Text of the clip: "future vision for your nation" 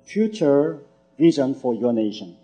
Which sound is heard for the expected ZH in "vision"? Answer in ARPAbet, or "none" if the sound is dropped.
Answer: Z